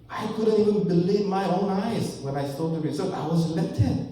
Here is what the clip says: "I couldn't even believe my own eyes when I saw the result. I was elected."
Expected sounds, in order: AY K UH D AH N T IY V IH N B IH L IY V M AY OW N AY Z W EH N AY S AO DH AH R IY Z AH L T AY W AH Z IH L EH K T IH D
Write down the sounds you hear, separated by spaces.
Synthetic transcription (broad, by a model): AY K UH D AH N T IY V IH N B IH L IY V M AY OW N AY Z W EH N AY S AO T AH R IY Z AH T AY W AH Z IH L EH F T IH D